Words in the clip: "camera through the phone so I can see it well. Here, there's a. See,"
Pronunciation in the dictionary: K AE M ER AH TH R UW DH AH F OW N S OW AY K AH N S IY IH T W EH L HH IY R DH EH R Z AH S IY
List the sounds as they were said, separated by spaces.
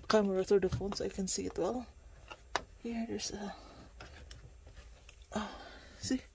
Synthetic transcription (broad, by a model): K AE M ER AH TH UW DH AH F OW N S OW AY K AH N S IY IH T W EH L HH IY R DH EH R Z AH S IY